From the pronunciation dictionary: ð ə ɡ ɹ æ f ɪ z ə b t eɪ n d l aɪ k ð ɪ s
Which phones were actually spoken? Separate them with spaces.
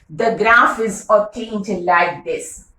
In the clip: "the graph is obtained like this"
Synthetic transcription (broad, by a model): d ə ɡ ɹ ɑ f ɪ z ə t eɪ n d l aɪ k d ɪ s